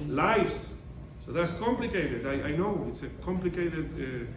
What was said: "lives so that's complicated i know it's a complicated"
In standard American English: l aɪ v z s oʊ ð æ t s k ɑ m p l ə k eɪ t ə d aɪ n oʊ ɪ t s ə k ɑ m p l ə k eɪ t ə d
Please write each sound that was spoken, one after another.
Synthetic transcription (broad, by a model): l aɪ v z s oʊ ð æ t s k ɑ m p l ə k eɪ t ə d aɪ n oʊ ɪ t s ə k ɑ m p l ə k eɪ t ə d